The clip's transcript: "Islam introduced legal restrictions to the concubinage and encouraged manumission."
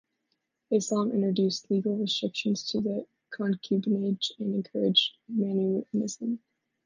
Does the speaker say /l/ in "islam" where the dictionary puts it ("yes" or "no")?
no